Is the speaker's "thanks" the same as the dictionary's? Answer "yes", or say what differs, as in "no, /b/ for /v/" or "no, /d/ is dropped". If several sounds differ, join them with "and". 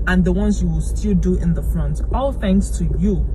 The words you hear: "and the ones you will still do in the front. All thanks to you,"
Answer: no, /k/ is dropped